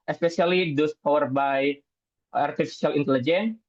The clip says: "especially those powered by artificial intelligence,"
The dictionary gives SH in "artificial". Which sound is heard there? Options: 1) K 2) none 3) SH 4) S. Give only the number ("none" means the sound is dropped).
4